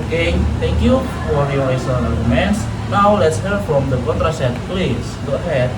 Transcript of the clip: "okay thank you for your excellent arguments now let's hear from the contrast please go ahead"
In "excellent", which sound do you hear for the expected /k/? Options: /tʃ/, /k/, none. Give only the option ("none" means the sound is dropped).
none